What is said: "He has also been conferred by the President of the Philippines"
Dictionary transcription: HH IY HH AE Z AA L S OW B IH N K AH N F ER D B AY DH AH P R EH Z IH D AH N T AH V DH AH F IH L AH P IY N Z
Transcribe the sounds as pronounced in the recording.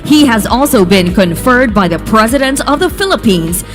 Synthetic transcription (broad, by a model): HH IY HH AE Z AA L S OW B IH N K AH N F ER D B AY DH AH P R EH Z IH D AH N T AH V DH AH F IH L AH P IY N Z